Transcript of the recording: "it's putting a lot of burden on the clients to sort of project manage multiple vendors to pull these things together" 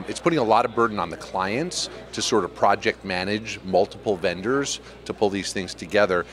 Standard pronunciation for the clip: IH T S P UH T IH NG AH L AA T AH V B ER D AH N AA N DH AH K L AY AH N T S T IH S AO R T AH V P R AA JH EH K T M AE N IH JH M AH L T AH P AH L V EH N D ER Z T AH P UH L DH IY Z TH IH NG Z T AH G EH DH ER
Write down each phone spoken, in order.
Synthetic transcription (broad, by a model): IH T S P UH T IH NG AH L AA T AH V B ER D N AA N DH AH K L AY AH N T S T IH S AO R T AH V P R AA JH EH K T M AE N IH JH M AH L T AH P L V EH N D ER Z T AH P UH L DH IY Z TH IH NG Z T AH G EH DH ER